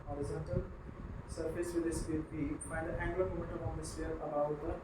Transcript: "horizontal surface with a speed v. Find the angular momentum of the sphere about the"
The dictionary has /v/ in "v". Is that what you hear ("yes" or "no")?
no